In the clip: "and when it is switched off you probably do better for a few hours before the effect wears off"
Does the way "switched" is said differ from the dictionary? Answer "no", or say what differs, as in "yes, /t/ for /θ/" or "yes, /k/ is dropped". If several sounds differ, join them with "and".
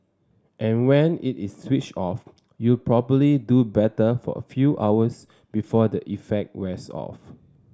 yes, /t/ is dropped